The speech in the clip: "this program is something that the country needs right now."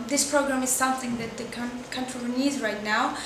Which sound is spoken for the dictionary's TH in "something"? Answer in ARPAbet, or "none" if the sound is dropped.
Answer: TH